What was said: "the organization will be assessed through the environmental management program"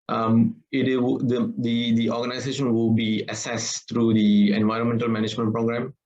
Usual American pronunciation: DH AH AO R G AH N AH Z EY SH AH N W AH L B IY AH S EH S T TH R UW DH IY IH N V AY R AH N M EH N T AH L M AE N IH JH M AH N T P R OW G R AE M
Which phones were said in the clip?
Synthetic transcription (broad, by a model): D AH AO R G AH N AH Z EY SH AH N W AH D B IY AH S EH S T R UW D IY IH N V AY R AH N M EH N T AH L M AE N IH JH M AH N T P R OW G R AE M